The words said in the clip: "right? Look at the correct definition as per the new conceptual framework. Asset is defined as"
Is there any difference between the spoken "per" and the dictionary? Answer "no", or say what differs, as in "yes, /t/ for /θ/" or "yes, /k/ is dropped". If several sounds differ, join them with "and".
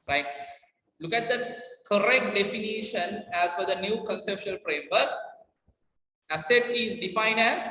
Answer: yes, /f/ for /p/